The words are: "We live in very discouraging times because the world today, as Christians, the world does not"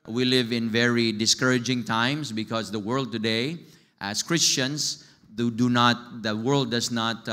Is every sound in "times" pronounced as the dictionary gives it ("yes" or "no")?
no